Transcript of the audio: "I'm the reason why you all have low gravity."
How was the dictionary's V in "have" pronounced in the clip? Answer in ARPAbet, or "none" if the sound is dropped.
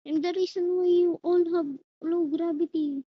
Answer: B